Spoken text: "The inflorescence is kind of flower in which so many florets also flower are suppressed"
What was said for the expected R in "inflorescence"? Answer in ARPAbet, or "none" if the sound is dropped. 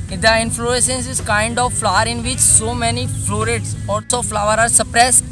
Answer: none